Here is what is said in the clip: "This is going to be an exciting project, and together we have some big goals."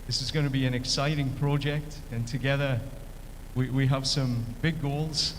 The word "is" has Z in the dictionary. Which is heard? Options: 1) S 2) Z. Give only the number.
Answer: 2